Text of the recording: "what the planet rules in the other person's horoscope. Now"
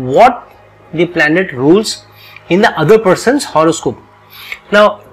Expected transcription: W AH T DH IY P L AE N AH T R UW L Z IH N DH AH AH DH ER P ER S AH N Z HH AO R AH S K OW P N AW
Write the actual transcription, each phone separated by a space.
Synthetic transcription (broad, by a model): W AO T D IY P L AE N AH T R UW L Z IH N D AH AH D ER P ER S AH N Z HH AO R AH S K OW P N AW